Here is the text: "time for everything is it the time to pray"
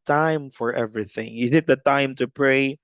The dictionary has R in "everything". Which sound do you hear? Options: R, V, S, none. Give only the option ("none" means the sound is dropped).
R